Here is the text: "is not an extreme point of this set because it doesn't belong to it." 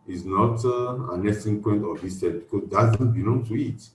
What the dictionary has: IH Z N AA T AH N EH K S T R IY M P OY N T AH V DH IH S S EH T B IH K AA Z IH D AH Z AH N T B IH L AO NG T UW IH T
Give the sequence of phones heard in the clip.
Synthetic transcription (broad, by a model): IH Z N AA T AH N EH S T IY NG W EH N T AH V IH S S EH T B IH K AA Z D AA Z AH N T B IH L AO NG T UW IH T